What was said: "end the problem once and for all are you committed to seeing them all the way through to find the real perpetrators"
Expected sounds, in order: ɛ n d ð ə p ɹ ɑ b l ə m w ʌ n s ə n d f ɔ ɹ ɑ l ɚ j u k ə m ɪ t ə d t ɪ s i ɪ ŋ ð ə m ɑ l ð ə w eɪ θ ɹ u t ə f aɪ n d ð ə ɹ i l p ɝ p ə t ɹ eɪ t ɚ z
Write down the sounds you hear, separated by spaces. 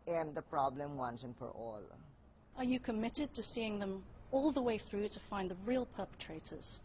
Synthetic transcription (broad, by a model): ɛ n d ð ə p ɹ ɑ b l ə m w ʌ n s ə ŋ f ɔ ɹ ɑ l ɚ j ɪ k ə m ɪ t ə d t ɪ s i ɪ ŋ ð ə m ɑ l ð ə w eɪ θ ɹ u t ə f aɪ n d ð ə ɹ i l p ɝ p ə t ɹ eɪ t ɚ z